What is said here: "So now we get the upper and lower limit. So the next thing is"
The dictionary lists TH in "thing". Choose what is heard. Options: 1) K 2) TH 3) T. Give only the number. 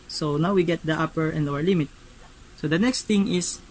3